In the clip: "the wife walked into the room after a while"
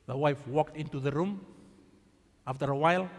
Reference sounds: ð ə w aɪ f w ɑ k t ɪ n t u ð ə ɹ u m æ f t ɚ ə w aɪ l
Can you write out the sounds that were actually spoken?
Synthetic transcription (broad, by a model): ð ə w aɪ f w ɑ k t ɪ n t u ð ə ɹ u m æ f t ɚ ə w aɪ l